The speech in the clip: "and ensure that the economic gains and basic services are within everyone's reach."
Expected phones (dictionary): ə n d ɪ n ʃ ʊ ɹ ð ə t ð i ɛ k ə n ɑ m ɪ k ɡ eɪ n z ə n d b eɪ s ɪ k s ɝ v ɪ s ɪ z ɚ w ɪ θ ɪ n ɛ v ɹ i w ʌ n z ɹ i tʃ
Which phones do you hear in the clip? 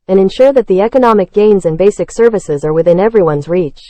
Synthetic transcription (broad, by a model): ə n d ɪ n ʃ ʊ ɹ ð ə t ð i ɛ k ə n ɑ m ɪ k ɡ eɪ n z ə n b eɪ s ɪ k s ɝ v ɪ s ɪ z ɚ w ɪ θ ɪ n ɛ v ɹ i w ʌ n z ɹ i tʃ